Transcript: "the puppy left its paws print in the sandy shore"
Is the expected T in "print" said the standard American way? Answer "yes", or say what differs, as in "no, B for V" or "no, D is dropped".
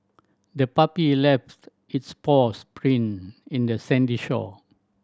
no, T is dropped